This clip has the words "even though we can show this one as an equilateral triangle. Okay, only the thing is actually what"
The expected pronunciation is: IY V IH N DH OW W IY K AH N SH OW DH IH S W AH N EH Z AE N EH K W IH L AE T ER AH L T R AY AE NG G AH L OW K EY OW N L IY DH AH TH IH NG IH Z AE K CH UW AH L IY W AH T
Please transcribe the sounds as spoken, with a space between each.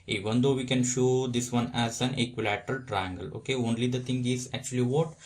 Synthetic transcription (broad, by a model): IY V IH N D OW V IY K AH N SH OW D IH S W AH N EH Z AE N EH K W IH L AE T ER AH L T R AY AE NG G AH L OW K EY OW N L IY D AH T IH NG IH Z AE K CH UW AH L IY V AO T